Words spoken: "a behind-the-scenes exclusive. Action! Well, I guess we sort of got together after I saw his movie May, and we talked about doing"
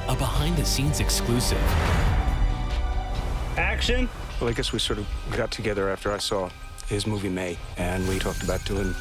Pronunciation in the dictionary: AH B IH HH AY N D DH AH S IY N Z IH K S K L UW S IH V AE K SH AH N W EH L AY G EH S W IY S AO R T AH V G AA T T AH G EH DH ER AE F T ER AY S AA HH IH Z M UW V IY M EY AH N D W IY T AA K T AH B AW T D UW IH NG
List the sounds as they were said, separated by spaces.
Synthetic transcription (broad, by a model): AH B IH HH AY N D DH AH S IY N Z IH K S K L UW S IH V AE K SH AH N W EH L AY G EH S W IY S AO R T AH V G AA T T AH G EH DH ER AE F T ER AY S AA HH IH Z M UW V IY M EY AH N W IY T AA K T AH B AW T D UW IH NG